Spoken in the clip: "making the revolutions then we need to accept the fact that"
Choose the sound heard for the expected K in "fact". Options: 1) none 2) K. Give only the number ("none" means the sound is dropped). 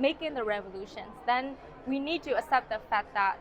1